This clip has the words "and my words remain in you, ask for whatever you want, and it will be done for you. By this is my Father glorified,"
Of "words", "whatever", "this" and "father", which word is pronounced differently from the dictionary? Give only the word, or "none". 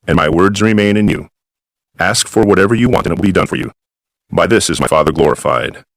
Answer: none